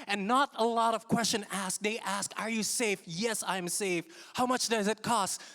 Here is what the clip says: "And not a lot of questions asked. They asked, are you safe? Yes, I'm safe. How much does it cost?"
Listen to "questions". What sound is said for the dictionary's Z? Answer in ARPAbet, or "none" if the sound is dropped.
none